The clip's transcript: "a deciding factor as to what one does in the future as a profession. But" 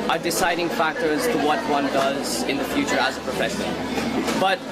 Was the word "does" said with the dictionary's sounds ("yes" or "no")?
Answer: yes